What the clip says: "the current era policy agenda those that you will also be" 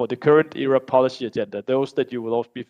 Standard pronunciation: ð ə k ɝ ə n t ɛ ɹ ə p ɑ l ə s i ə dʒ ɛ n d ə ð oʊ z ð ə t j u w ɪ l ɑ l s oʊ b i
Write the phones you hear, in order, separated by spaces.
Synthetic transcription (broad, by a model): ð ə k ɝ ə n t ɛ ɹ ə p ɑ l ə s i ə dʒ ɛ n d ə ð oʊ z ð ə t j u w ɪ l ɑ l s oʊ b i